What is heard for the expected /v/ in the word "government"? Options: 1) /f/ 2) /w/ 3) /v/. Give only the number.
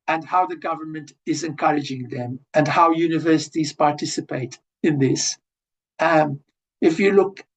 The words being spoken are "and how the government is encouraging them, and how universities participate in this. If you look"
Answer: 3